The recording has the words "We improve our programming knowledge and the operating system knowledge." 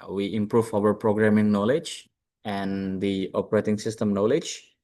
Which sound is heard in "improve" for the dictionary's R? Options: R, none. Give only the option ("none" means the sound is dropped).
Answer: R